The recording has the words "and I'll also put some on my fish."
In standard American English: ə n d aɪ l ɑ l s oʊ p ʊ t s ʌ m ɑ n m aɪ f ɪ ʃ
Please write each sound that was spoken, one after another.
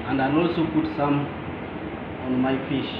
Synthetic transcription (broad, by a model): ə n d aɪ n ɑ l s oʊ p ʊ t s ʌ m ɑ n m aɪ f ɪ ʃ